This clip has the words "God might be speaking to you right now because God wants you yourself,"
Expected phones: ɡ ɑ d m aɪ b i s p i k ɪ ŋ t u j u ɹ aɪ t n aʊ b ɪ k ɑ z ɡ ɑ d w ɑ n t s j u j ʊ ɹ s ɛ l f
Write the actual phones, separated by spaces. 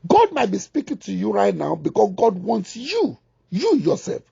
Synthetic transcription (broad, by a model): ɡ ɑ d m aɪ b i s p i k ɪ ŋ t u j u ɹ aɪ t n aʊ b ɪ k ɑ s ɡ ɑ d w ɑ n t s j u j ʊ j s ɛ l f